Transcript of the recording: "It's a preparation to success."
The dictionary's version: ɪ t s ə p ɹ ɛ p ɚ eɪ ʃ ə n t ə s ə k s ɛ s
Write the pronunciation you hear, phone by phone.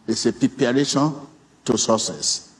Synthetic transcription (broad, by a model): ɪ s ə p i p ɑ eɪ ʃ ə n t ə s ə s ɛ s